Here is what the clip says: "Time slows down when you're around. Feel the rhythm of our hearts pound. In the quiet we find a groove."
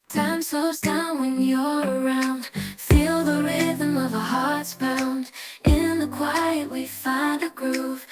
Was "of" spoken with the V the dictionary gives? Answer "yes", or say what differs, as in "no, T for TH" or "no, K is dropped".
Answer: yes